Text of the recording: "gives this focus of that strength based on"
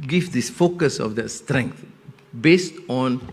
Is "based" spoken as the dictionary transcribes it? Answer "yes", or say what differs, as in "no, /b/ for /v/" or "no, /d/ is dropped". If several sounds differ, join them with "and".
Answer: yes